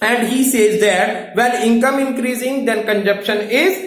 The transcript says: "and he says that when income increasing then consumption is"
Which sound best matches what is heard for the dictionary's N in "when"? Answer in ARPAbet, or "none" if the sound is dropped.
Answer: L